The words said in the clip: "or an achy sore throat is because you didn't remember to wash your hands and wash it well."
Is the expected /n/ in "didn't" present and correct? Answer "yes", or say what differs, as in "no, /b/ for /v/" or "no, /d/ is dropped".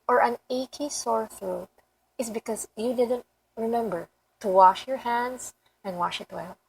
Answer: yes